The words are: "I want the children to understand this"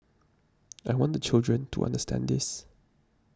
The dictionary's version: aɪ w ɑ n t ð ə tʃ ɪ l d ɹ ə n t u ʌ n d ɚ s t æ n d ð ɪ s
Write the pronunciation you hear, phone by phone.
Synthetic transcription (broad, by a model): aɪ w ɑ n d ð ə tʃ ɪ l d ɹ ə n t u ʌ n d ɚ s t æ n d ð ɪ s